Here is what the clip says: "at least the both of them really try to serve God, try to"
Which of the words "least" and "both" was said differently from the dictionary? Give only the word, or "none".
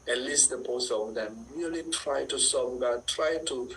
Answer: both